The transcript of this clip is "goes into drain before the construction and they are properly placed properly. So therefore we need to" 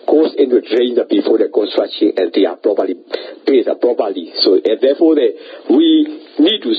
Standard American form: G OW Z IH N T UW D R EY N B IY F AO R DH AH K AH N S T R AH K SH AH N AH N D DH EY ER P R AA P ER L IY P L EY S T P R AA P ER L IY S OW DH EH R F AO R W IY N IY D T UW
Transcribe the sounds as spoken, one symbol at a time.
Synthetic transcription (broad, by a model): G OW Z IH N T UW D R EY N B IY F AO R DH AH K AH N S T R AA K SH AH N AH N D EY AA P R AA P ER L IY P EY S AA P R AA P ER L IY S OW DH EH F AO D W IY N IY D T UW